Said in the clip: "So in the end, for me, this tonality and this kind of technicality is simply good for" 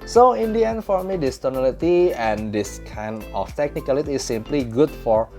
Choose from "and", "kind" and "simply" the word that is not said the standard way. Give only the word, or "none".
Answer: kind